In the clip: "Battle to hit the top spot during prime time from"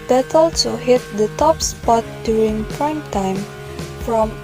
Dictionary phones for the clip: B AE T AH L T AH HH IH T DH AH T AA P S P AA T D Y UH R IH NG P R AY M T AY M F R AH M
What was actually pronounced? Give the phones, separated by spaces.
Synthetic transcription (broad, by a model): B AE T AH L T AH HH IH T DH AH T AA P S P AA T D Y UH R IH NG P R AY M T AY M F R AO M